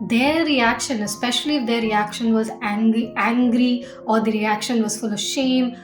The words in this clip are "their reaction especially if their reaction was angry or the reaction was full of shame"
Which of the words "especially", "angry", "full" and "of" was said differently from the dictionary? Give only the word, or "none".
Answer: none